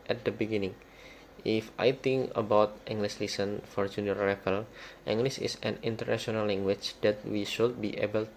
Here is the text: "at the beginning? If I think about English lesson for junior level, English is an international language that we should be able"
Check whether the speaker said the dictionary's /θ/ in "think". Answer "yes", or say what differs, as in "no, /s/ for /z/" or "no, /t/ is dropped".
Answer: no, /t/ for /θ/